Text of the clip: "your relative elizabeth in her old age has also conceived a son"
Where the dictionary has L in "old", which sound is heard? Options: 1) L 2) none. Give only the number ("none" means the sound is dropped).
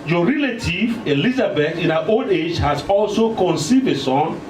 1